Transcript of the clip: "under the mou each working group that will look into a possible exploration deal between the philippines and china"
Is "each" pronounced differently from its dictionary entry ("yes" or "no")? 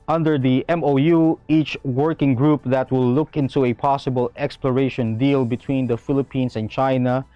no